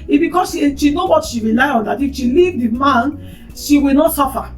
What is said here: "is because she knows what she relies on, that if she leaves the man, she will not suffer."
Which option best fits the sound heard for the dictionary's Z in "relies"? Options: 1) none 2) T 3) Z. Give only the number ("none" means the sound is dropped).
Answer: 1